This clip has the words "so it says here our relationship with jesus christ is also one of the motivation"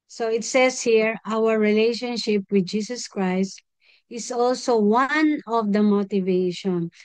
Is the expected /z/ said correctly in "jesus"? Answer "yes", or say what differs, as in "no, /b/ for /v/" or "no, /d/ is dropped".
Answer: no, /s/ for /z/